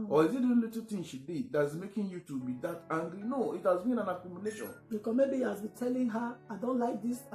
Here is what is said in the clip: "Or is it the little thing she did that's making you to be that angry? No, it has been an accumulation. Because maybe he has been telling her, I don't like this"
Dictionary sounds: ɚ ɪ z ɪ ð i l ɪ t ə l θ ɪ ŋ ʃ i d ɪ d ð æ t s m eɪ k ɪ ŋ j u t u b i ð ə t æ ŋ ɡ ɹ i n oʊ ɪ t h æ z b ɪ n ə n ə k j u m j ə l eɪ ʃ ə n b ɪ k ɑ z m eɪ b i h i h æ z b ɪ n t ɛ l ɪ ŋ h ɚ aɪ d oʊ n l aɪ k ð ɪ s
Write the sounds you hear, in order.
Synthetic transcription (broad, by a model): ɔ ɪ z ɪ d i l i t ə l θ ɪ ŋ ʃ i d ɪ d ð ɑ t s m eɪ k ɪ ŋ j u t u b i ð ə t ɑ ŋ ɡ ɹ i n oʊ ɪ t h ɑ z b ɪ n ə n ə k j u m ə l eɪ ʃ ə n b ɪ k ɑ m eɪ b i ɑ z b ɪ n t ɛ l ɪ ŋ h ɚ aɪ d oʊ n l aɪ k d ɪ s